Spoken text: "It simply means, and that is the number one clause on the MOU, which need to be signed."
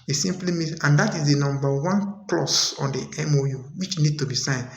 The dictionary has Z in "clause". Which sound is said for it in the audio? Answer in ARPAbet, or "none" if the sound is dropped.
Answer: S